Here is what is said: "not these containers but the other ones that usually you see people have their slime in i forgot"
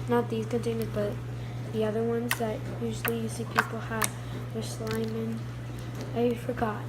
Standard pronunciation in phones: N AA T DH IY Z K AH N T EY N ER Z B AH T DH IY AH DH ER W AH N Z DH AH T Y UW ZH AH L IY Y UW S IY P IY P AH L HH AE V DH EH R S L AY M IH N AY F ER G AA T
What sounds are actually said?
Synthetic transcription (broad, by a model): N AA T DH IY Z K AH N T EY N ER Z B AH T DH IY AH DH ER W AH N Z DH AH T Y UW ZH L IY Y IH S IY P IY P L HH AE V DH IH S L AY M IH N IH F ER G AA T